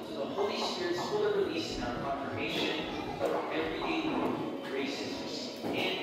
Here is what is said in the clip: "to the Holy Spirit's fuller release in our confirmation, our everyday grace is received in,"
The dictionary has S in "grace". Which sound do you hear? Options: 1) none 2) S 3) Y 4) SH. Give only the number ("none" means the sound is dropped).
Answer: 1